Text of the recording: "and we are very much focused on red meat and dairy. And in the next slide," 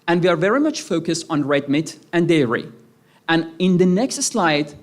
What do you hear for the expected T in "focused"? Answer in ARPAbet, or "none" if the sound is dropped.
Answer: T